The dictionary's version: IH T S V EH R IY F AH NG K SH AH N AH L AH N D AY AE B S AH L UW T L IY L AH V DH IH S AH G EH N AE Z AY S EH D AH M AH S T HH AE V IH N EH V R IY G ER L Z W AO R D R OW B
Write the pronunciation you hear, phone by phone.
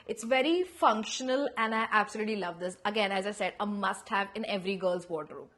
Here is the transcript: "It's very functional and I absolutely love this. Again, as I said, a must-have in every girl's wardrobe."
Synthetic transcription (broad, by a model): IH T S V EH R IY F AH NG K SH AH N AH L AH N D AY AE B S AH L UW T L IY L AH V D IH S AH G EH N AE Z AY S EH D AH M AH S T HH AE V IH N EH V R IY G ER L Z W AO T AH R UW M